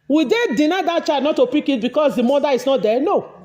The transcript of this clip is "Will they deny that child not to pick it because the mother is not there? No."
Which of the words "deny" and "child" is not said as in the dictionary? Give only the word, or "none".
child